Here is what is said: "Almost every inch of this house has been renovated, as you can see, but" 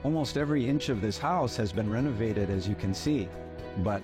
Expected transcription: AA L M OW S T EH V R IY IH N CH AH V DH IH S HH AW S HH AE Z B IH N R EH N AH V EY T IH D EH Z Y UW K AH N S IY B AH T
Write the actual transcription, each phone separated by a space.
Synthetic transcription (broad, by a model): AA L M OW S T EH V R IY IH N CH AH V DH IH S HH AW S HH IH Z B IH N R EH N AH V EY T IH D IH Z Y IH K AH N S IY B AH T